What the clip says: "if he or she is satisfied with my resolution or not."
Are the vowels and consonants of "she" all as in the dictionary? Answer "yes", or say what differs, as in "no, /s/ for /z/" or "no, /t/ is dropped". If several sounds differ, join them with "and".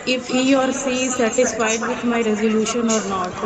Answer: no, /s/ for /ʃ/